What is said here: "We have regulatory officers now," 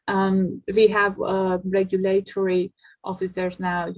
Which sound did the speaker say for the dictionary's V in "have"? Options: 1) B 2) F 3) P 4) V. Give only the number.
4